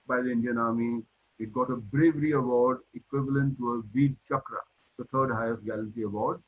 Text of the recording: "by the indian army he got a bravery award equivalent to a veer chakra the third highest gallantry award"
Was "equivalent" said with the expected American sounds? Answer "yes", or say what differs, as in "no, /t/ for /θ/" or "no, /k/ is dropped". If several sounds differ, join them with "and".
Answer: yes